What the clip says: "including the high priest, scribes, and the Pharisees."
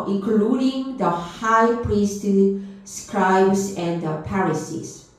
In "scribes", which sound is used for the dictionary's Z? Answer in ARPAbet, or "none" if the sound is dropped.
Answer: S